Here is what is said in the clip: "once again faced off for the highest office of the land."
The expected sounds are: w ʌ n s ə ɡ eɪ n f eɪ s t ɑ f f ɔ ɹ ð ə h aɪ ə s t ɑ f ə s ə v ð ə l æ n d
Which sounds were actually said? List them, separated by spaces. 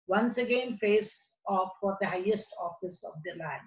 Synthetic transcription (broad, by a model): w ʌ n s ə ɡ eɪ n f eɪ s ɑ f f ɔ ɹ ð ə h aɪ ə s t ɑ f ə s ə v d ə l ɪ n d